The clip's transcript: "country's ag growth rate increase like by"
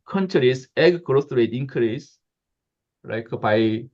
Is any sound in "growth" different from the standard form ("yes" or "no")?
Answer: yes